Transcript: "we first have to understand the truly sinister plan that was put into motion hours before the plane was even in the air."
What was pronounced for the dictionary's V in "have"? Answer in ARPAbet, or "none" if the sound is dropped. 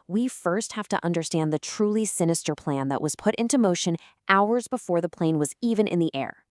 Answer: F